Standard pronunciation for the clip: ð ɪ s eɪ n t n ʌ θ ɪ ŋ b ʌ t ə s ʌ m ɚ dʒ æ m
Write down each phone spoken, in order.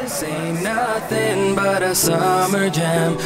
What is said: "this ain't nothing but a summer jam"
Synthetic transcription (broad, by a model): s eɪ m n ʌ t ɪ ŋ b ʌ t ə s ʌ m ɚ dʒ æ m